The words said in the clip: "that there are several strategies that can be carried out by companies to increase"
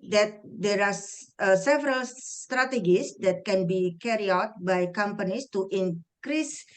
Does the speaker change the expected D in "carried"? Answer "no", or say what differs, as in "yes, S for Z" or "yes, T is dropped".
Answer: yes, D is dropped